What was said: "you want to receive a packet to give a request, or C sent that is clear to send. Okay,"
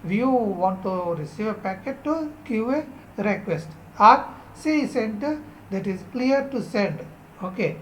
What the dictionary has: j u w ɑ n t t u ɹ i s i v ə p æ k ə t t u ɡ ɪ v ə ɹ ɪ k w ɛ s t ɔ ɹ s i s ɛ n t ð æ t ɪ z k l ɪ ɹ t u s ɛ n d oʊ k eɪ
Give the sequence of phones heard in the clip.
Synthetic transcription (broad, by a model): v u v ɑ n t t u ɹ i s i v ə p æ k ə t t u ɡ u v ə ɹ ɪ k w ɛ s t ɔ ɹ s i s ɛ n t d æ t ɪ z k l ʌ ɹ t u s ɛ n d oʊ k eɪ